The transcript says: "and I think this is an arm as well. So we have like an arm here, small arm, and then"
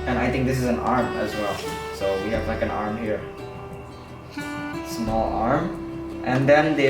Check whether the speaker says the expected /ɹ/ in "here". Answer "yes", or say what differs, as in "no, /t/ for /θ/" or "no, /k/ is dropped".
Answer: yes